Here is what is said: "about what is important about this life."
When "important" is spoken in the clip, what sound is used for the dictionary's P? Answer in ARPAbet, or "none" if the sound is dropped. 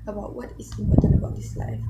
none